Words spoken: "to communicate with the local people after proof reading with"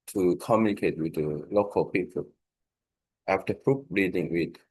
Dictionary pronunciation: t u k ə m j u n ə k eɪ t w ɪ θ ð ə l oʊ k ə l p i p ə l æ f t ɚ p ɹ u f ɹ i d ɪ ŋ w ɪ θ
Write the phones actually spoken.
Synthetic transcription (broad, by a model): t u k ə m j u n ə k eɪ t w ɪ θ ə l oʊ k ə l p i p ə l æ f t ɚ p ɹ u p ɹ i d ɪ ŋ w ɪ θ